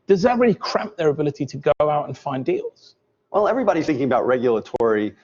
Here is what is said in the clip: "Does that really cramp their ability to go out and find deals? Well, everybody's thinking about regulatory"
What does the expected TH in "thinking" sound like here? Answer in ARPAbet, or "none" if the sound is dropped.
TH